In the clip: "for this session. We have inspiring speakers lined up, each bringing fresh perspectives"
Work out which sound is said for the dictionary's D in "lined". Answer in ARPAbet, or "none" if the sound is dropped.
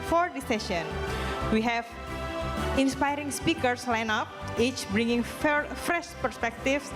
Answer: none